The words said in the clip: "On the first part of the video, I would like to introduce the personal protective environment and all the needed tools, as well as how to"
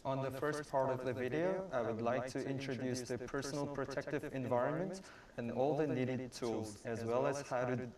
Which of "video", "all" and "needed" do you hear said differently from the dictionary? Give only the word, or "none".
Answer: none